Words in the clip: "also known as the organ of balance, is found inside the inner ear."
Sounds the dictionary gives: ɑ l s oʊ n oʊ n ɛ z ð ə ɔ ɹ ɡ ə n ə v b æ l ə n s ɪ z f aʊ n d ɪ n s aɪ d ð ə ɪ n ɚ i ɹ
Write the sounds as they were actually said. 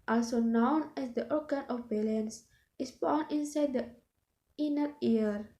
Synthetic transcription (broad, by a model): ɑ l s oʊ n oʊ n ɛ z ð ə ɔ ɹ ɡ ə n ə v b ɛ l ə n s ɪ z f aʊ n ɪ n s aɪ d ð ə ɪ n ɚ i ɹ